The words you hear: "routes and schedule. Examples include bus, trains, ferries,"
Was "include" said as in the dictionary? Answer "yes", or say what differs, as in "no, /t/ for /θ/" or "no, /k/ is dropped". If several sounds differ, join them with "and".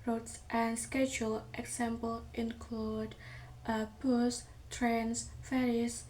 yes